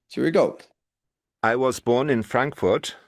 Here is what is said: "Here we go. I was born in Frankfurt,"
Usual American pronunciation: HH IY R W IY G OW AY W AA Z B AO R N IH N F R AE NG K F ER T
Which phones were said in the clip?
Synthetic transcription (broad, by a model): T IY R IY G OW AY W AA Z B AO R N IH N F R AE NG K F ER T